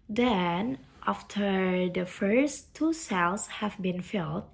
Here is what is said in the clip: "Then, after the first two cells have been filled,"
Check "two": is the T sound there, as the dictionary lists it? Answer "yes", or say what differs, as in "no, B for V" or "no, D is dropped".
yes